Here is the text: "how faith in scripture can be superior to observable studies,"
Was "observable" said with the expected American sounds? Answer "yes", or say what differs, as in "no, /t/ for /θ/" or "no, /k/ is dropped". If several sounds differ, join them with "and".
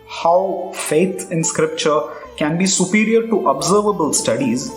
yes